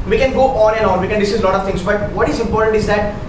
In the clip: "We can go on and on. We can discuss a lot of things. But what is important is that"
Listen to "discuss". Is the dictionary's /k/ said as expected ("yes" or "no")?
no